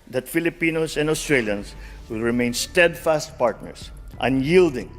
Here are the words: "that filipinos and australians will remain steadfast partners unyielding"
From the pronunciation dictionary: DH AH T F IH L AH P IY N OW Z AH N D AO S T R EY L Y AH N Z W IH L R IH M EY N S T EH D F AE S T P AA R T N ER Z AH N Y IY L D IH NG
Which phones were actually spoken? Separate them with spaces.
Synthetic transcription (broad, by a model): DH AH T F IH L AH P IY N OW S AH N D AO S T R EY L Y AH N S W IH L R IH M EY N S T EH D F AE S T P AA R T N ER S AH N Y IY L D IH NG